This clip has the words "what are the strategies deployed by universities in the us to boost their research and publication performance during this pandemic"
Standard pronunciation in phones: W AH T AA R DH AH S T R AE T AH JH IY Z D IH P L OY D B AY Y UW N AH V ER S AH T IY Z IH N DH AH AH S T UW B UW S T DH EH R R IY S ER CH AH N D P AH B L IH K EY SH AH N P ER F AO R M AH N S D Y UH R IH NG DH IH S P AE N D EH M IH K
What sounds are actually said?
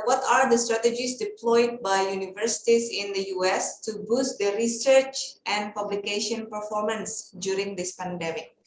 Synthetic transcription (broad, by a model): W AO T AA R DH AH S T R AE T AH JH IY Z D IH P L OY D B AY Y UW N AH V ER S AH T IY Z IH N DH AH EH S T UW B UW S T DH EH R R IY S ER CH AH N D P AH B L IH K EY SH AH N P ER F AO R M AH N S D Y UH R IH NG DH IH S P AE N D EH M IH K